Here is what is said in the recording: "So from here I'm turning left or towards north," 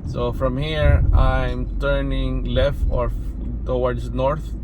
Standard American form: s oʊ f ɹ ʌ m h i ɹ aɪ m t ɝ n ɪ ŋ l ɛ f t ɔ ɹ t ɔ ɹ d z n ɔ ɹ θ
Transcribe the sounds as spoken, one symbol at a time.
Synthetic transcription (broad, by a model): s oʊ f ɹ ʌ m h i ɹ aɪ m t ɝ n ɪ ŋ l ɛ f t ɔ ɹ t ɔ w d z n ɔ ɹ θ